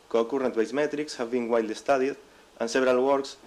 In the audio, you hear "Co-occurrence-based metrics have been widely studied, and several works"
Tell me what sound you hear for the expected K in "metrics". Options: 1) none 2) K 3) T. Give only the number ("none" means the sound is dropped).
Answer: 2